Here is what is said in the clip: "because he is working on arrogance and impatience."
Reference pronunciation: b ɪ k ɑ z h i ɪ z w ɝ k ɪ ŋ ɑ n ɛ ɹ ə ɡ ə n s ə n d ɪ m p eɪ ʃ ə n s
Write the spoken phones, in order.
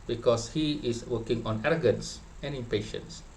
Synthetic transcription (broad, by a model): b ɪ k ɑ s h i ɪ s w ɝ k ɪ ŋ ɑ n ɛ ɹ ə ɡ ə n s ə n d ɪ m p eɪ ʃ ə n s